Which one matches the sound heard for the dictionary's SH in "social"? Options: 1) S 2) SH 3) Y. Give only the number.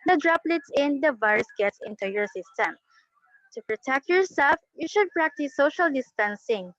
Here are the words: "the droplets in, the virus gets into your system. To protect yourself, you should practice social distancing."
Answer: 2